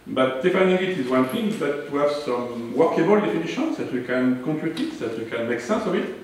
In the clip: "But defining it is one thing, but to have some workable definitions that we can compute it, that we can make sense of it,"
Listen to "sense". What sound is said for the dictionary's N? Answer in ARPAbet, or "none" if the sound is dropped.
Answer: none